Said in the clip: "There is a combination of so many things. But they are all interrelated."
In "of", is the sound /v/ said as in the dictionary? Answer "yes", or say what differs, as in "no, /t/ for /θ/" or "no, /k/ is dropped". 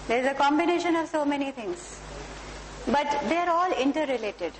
yes